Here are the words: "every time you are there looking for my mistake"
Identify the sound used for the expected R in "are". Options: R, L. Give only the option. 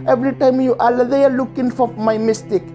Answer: L